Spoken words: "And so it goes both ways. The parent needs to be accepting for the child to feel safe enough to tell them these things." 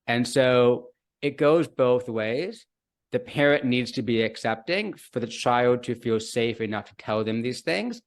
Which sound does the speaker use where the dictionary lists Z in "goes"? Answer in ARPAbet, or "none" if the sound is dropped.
Z